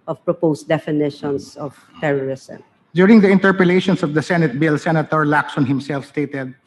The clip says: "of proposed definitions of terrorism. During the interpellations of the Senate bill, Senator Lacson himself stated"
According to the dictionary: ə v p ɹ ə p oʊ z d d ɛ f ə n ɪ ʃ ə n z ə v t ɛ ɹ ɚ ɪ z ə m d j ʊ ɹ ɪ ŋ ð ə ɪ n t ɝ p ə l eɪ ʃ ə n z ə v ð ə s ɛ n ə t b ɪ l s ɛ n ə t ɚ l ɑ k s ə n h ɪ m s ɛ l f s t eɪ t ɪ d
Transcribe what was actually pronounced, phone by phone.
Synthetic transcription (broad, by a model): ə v p ɹ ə p oʊ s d d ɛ f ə n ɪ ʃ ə n s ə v t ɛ ɹ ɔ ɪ s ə m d j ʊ ɹ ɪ ŋ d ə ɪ n t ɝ p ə l eɪ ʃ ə n s ə v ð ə s ɛ n ə t b ɪ l s ɛ n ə t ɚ l ɑ k s ə n h ɪ m s ɛ l f s t eɪ t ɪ d